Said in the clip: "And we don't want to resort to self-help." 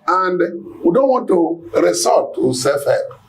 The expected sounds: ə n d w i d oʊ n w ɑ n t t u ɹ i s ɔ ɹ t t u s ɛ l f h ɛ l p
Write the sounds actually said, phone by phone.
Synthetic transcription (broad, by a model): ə n d w i d oʊ n w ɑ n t t u ɹ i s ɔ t t u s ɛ f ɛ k